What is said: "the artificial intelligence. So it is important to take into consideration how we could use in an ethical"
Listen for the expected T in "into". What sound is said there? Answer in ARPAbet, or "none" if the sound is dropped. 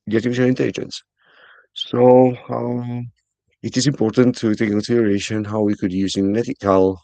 S